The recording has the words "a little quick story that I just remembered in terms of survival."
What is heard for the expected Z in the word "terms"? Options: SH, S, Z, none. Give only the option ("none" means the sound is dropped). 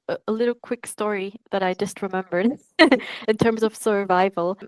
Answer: Z